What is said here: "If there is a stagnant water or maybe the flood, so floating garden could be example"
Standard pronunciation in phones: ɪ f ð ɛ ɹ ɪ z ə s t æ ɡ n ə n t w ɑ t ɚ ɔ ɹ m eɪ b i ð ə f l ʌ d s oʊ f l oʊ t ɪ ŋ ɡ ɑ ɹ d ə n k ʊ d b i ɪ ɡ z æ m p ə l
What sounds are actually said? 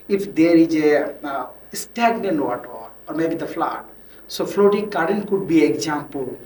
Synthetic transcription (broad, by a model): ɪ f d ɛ ɹ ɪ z ə s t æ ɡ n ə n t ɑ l ɔ ɹ m eɪ b i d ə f l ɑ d s oʊ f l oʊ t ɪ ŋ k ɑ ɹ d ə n k ʊ d b i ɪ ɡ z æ m p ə l